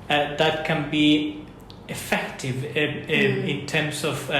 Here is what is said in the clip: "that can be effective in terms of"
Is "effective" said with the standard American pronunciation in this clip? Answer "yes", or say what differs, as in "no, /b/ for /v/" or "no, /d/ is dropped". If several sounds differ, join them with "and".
yes